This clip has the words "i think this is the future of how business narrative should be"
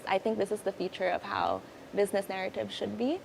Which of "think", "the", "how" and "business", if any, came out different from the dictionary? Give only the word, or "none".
none